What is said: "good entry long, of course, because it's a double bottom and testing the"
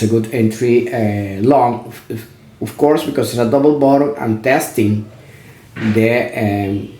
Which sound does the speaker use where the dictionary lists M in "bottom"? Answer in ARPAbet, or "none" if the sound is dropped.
none